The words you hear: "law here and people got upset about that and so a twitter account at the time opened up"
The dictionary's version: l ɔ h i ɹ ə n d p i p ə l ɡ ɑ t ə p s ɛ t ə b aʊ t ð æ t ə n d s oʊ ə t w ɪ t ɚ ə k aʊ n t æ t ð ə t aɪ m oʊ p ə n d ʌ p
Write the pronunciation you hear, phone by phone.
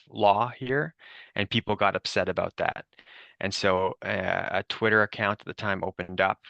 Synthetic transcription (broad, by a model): l ɔ h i ɹ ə n p i p l ɡ ɑ t ə p s ɛ t ə b aʊ t ð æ t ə n s oʊ ə t w ɪ t ɚ ə k aʊ n t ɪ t ð ə t aɪ m oʊ p ə n d ʌ p